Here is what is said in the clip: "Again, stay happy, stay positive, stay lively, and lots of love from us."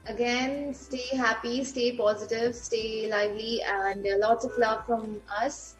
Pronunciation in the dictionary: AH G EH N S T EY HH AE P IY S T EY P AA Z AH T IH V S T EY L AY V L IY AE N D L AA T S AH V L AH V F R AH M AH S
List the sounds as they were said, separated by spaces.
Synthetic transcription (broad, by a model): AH G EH N S T EY HH AE P IY S T EY P AA Z AH T IH V S T EY L AY V L IY AE N D L AA T S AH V L AH V F R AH M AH S